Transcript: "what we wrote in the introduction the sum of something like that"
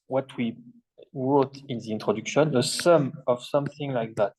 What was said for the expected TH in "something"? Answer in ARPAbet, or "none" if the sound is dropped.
TH